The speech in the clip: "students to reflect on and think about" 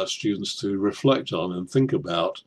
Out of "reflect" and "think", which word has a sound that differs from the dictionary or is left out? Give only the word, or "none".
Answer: none